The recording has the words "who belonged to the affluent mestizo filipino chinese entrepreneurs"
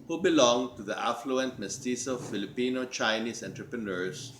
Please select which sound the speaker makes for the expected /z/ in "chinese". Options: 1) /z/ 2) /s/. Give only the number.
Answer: 2